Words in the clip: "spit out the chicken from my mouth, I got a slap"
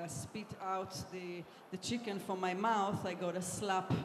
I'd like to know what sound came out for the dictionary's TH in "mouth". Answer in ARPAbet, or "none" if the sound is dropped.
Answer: TH